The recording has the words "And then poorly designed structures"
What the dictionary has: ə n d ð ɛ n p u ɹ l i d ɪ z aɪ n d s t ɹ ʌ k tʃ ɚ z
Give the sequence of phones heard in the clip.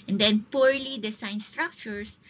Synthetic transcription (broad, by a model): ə n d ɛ n p u ɹ l i d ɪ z aɪ n s t ɹ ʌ k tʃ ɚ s